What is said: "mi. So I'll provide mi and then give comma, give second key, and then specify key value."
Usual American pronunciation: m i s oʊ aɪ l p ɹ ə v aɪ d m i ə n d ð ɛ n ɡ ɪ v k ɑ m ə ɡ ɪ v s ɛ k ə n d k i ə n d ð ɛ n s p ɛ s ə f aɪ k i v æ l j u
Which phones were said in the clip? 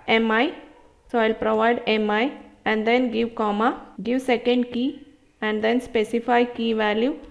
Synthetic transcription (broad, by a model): m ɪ s oʊ aɪ l p ɹ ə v aɪ d m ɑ ə n d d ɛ n ɡ ɪ v k ɑ m ə ɡ ɪ v s ɛ k ə n d k i ə n d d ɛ n s p ɛ s ə f aɪ k i v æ l j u